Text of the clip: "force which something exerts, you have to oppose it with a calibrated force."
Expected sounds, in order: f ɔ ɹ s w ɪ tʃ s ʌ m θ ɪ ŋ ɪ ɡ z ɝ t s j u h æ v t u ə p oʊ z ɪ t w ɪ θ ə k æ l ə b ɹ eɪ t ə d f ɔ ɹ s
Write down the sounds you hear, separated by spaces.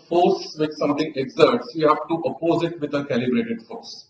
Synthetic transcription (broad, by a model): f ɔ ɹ s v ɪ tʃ s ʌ m t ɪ ŋ ɪ ɡ z ɝ t s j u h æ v t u ə p oʊ z ɪ t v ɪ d ə k æ l ə b ɹ eɪ t ə d f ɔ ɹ s